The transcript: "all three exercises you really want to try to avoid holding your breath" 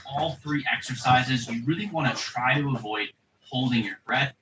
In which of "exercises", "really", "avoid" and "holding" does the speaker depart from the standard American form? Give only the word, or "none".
none